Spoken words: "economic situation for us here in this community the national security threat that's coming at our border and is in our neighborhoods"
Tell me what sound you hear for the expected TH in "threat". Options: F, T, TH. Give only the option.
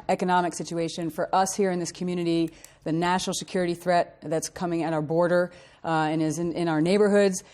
TH